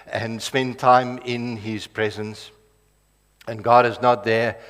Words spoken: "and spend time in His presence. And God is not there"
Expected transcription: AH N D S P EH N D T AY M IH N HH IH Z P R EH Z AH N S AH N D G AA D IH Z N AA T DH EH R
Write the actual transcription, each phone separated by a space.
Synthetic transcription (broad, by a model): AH N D S P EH N T AY M IH N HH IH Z P R EH Z AH N S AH N G AA D IH Z N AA T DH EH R